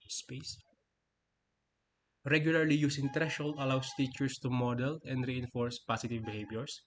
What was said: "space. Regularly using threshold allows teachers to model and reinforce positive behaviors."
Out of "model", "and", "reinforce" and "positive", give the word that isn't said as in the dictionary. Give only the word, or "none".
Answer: positive